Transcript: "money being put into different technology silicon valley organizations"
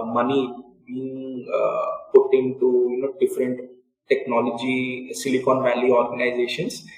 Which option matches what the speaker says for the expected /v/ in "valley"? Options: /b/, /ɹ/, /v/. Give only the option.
/v/